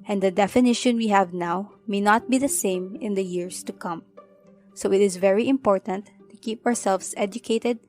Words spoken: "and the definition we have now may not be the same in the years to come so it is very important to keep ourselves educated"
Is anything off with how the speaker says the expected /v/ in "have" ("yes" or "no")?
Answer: no